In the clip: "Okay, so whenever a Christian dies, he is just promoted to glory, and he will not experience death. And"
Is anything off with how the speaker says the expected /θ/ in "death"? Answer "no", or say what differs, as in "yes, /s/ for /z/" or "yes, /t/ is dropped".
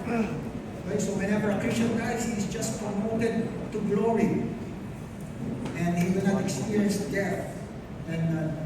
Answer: yes, /t/ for /θ/